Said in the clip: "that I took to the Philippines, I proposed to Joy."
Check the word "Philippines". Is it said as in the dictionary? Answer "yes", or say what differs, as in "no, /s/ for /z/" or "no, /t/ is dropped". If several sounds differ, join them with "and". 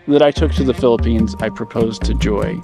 yes